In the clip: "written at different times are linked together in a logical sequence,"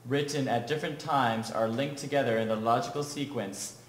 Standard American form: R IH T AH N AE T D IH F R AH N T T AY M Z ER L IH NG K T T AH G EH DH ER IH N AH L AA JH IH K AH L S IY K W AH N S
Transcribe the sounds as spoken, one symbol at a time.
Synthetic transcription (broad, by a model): R IH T N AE T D IH F R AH N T T AY M Z ER L IH NG K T T AH G EH DH ER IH N AH L AA JH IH K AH L S IY K W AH N S